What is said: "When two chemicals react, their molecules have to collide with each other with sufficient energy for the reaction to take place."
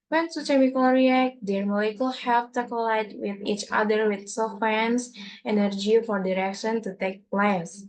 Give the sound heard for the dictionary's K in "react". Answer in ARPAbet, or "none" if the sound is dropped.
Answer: K